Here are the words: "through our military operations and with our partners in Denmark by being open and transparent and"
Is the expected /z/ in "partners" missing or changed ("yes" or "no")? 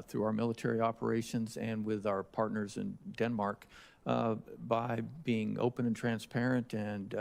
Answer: no